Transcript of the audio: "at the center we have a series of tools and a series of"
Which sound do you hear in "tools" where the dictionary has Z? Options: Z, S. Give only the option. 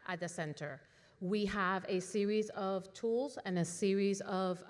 Z